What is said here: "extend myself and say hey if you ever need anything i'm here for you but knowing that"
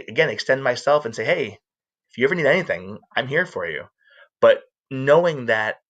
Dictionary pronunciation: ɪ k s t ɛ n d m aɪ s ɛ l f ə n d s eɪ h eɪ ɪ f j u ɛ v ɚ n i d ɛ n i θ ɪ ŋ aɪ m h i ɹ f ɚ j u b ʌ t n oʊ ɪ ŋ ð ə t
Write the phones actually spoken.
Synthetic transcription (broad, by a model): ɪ k s t ɛ n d m aɪ s ɛ l f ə n s eɪ h eɪ ɪ f j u ɛ v ɚ n i d ɛ n i θ ɪ ŋ aɪ m h i ɹ f ɚ j u b ʌ t n oʊ ɪ ŋ ð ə t